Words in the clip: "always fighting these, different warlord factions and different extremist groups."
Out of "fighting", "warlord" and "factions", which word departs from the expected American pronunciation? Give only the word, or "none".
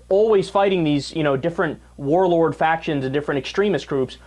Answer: none